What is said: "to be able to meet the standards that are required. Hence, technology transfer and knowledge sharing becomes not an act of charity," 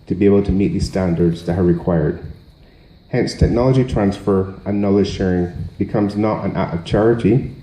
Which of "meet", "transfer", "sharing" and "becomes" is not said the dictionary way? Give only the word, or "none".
none